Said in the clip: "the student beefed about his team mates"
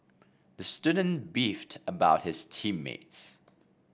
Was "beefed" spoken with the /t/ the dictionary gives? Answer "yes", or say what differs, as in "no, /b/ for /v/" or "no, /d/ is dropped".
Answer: yes